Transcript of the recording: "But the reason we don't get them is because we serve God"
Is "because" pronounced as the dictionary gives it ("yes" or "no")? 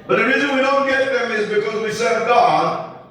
yes